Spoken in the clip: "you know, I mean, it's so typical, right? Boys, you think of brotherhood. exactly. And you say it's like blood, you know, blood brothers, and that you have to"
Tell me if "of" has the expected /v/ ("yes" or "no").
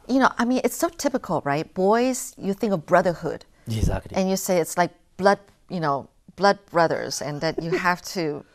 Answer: yes